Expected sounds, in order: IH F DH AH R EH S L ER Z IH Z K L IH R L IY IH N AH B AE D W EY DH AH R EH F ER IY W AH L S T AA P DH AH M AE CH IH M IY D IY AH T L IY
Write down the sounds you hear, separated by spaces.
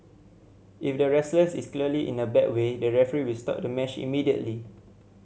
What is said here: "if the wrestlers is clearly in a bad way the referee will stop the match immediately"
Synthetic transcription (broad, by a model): IH F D AH R EH S L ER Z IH S K L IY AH L IY IH N AH B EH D W EY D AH R EH F ER IY W AH L S T AA P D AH M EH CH IH M IY D IY AH T L IY